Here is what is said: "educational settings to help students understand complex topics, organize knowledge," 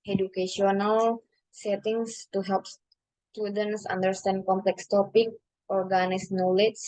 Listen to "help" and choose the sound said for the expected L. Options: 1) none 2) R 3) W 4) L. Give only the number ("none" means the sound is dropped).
4